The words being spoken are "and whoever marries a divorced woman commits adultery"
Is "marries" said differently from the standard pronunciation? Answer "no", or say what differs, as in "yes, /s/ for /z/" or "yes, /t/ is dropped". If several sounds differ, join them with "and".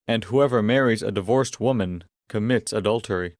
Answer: no